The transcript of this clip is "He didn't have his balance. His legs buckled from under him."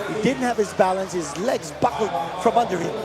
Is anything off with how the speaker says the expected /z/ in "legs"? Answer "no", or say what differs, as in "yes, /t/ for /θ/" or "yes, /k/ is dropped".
no